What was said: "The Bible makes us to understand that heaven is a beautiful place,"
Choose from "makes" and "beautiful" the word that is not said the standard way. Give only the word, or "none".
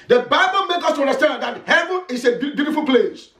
makes